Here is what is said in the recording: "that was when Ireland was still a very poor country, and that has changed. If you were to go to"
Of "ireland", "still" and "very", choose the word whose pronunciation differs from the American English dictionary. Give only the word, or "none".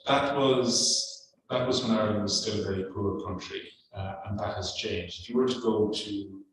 ireland